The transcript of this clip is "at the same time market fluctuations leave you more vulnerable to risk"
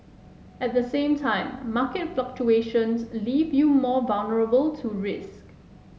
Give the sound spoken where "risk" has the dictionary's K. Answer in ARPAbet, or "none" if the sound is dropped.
K